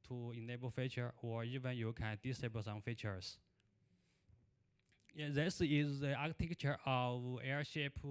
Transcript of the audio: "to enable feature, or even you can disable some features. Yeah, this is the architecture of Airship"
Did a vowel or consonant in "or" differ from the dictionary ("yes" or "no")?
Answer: no